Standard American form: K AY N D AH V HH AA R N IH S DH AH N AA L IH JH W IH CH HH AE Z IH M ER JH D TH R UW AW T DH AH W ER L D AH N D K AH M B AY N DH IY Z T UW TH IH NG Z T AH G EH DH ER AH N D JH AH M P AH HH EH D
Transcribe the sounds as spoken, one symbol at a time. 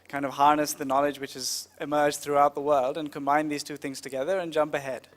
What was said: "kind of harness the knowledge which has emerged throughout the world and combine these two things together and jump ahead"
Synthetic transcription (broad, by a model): K AY N D AH V HH AA R N IH S DH AH N AA L IH JH W IH CH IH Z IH M ER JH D TH R UW AW T DH AH W ER L D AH N K AH M B AY N DH IY Z T UW TH IH NG Z T AH G EH DH ER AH N JH AH M P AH HH EH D